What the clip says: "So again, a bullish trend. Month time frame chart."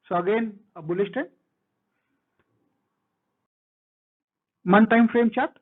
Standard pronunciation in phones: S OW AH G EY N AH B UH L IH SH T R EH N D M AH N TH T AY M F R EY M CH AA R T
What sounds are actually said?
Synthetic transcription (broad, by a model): S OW AH G EY N AH B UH L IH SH T EH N M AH N T AY M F R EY M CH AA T